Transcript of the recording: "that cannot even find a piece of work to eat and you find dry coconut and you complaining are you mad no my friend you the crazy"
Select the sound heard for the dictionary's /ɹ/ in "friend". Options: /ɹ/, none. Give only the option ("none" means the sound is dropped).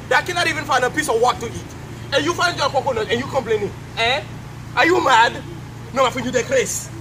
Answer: none